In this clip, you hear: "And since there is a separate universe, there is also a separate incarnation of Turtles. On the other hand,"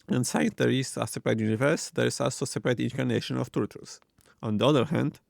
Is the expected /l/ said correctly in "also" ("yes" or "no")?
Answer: yes